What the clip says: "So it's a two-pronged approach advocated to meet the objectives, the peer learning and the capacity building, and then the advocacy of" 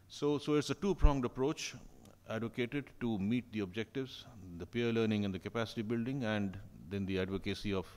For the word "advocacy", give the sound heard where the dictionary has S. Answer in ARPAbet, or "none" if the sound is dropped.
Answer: S